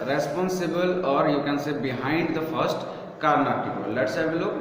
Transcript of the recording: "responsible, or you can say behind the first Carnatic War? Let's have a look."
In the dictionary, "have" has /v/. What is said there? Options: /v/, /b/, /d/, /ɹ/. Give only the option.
/b/